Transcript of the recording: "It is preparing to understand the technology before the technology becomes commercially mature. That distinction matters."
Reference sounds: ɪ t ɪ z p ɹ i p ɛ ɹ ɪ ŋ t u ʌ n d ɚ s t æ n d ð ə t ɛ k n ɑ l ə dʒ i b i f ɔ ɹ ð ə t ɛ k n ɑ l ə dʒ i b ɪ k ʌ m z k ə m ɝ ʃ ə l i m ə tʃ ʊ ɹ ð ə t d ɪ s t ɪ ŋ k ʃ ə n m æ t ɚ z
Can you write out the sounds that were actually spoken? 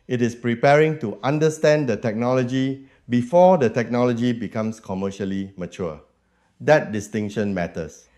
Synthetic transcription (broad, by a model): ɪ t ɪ s p ɹ i p ɛ ɹ ɪ ŋ t u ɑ n d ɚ s t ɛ n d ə t ɛ k n ɑ l ə dʒ i b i f ɔ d ə t ɛ k n ɑ l ə dʒ i b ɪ k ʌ m s k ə m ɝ ʃ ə l i m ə tʃ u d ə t d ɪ s t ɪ ŋ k ʃ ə n m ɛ t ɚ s